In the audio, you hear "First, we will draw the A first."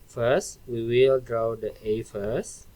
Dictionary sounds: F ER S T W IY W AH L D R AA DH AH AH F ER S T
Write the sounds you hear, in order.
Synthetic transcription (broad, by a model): F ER S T W IY W AH L D R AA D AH AH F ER S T